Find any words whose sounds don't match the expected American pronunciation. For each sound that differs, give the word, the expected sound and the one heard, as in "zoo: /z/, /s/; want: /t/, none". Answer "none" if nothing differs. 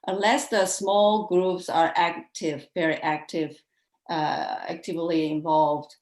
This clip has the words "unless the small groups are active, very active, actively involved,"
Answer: none